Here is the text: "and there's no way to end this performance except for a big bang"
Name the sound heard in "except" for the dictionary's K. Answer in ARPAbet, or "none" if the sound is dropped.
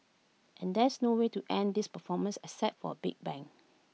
none